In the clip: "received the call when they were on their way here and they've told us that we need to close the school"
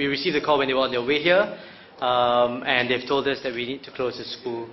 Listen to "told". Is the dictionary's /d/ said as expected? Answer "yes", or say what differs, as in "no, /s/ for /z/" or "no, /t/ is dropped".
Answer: yes